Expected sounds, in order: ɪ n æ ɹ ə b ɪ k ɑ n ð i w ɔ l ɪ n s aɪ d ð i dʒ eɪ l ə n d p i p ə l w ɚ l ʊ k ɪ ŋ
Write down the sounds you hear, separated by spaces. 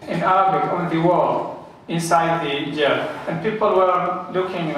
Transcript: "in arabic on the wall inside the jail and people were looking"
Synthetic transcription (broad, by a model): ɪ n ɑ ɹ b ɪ ɑ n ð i w ɔ l ɪ n s aɪ d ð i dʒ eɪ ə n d p i p ə l w ɚ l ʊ k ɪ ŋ